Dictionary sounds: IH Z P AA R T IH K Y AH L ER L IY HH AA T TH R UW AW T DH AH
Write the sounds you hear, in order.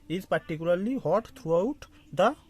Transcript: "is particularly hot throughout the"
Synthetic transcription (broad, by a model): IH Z P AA R T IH K Y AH L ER L IY HH AA T T R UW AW T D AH